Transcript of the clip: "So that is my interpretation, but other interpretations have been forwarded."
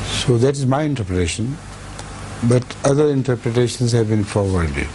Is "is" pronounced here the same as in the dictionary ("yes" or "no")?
yes